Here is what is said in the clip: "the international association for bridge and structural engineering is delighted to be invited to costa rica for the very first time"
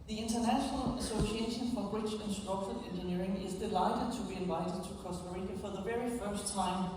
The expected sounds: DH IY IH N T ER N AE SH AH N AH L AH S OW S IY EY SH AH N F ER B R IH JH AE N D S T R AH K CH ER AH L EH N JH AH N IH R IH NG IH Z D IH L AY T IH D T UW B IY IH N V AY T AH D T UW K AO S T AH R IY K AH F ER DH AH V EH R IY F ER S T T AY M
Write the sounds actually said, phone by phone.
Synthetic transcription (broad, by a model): DH IY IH N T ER N AE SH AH N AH L AH S OW S IY EY SH AH N F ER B R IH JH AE N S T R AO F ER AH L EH N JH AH N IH R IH NG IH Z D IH L AY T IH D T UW B IY IH N V AY T AH D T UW K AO S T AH R IY K AH F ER DH AH V EH R IY F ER S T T AY M